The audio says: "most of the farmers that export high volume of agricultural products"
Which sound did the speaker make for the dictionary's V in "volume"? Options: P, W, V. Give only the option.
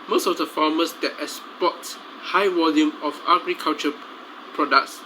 W